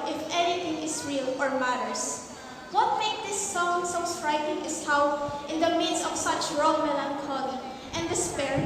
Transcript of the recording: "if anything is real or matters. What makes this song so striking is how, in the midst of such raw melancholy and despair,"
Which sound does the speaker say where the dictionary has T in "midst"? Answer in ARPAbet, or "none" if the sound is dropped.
none